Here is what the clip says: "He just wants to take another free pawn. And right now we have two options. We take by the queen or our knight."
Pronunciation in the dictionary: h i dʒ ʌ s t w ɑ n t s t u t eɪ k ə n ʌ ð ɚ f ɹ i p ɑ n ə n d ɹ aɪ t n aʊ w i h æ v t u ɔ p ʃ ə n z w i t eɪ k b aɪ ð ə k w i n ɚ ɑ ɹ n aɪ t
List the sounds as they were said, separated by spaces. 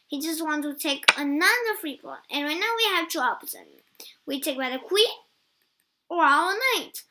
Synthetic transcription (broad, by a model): h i dʒ ʌ s t w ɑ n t t u t eɪ k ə n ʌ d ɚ f ɹ i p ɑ l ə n ɹ aɪ t n aʊ w i h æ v t u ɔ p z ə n w i t eɪ k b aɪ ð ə k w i ɚ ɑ l n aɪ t